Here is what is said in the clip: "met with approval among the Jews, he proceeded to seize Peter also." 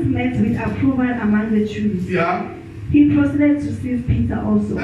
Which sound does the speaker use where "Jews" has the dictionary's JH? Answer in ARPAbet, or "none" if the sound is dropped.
CH